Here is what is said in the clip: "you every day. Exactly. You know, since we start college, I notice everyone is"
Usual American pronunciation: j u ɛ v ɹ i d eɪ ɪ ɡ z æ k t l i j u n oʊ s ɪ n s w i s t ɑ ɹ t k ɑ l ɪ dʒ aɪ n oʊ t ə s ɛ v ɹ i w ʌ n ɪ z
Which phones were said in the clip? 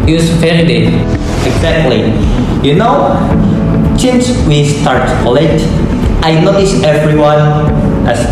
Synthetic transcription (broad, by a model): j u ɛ ɹ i d eɪ ɪ ɡ z æ k t l i j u n oʊ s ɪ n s w i s t ɑ ɹ t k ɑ l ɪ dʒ aɪ n oʊ t ə s ɛ v ɹ i w ʌ n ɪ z